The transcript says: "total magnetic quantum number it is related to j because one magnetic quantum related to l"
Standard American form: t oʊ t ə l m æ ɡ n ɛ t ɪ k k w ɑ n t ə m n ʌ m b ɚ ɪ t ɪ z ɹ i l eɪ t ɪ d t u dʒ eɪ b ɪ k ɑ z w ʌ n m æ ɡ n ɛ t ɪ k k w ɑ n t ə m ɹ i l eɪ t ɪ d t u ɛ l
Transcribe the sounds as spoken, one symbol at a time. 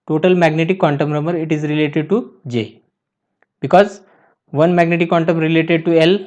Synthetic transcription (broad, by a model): t oʊ t ə l m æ ɡ n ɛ t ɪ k k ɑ n t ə m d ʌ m ɚ ɪ t ɪ z ɹ i l eɪ t ɪ d t u dʒ eɪ b ɪ k ɑ z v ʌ n m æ ɡ n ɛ t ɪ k k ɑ n t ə m ɹ i l eɪ t ɪ d t u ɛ l